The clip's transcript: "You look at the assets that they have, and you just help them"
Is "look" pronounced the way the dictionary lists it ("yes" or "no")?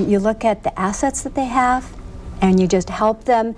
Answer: yes